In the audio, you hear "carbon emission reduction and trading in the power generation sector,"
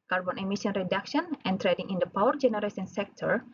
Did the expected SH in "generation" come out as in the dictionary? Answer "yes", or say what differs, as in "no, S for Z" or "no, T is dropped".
no, S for SH